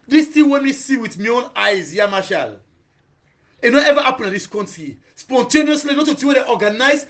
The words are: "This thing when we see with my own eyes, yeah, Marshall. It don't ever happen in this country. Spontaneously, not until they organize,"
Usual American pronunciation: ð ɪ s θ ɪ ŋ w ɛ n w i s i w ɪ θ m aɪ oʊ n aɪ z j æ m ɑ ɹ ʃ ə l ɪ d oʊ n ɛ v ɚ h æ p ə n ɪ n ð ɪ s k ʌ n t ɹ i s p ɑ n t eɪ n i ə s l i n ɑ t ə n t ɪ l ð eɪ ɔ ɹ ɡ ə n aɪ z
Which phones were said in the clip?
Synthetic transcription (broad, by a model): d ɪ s t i w ɛ n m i s i w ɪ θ m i oʊ n aɪ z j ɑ m ɑ ʃ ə l ɪ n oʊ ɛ v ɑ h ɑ p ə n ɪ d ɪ s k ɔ n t i s p ɑ n t eɪ n i ə s l i n ɑ t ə t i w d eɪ ɔ ɡ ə n aɪ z